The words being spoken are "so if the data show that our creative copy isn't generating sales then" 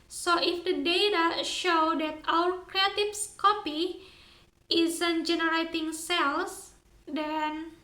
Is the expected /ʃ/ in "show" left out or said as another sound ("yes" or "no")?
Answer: no